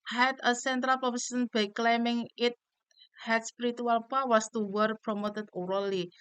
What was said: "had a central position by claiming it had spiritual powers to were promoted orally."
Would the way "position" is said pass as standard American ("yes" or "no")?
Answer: no